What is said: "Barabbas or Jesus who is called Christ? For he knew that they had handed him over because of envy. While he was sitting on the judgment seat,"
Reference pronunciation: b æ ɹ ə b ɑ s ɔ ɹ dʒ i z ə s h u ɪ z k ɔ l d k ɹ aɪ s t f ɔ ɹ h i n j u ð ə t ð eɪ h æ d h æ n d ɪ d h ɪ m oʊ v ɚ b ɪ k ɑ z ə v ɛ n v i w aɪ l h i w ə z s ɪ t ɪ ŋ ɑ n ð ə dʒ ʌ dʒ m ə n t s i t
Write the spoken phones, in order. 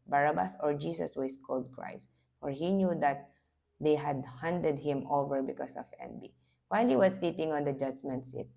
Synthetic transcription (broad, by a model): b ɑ ɹ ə b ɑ s ɔ ɹ dʒ i s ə s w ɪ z k ɔ l d k ɹ aɪ s t f ɔ ɹ h i n j u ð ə t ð eɪ h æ d h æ n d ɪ d h ɪ m oʊ v ɚ b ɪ k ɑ s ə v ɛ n b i w aɪ l h i w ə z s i t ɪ ŋ ɑ n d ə dʒ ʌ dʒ m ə n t s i t